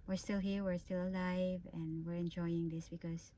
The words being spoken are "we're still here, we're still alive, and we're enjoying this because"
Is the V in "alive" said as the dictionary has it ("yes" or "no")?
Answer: yes